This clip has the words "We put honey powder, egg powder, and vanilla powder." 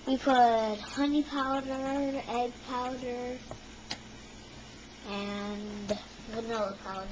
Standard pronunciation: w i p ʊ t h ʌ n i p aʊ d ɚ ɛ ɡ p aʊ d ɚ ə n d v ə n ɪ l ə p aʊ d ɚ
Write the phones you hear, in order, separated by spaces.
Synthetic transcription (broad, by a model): w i p ʊ t h ʌ n i p aʊ d ɚ ɛ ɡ p aʊ d ɚ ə n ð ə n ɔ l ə p aʊ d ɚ